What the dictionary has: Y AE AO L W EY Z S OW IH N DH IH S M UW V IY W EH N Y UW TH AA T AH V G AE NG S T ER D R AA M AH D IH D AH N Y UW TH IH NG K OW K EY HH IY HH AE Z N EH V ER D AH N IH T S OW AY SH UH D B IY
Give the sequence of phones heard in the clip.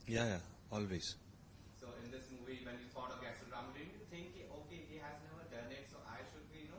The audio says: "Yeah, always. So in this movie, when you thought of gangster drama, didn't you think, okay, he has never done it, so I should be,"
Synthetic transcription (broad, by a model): Y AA AO L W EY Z S OW IH N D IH S M UW V IY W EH N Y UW T AA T AH V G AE S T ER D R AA AH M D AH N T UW T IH NG K OW K EY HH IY HH AE Z N EH V ER D AH N IH T S OW AY SH UH D B IY